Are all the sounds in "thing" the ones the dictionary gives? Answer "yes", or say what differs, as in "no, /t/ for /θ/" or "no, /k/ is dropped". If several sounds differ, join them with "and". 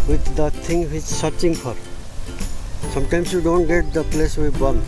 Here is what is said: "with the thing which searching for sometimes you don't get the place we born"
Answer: no, /t/ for /θ/